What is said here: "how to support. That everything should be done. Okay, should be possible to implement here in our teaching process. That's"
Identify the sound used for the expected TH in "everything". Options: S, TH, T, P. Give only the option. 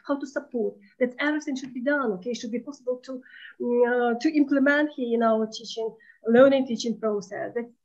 S